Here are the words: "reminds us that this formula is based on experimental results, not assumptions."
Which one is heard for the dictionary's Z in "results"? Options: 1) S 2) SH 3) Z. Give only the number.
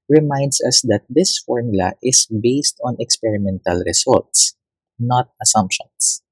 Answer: 1